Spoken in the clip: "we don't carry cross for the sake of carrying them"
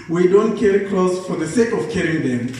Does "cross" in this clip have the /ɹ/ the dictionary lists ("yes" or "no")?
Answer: no